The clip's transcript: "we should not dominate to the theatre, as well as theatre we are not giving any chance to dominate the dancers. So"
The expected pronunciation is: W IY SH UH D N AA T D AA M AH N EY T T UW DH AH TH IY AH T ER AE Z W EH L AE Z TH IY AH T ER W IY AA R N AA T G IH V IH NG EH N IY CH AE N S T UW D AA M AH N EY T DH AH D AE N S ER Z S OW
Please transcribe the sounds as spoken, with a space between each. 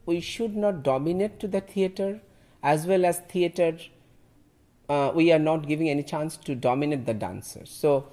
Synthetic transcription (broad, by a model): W IY SH UH D N AA T D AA M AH N EY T T UW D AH T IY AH T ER AE Z W EH L AE Z T IY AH T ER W IY AA R N AA T G IH V IH NG EH N IY CH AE N S T UW D AA M AH N EY T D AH D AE N S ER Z S OW